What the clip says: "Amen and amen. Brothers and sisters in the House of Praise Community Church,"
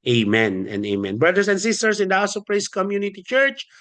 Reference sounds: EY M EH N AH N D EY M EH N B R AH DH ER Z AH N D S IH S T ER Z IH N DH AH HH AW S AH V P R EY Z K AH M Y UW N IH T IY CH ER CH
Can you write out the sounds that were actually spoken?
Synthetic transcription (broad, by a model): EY M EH N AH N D EY M EH N B R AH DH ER S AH N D S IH S T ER S IH N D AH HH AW S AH P R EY S K AH M Y UW N IH T IY CH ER CH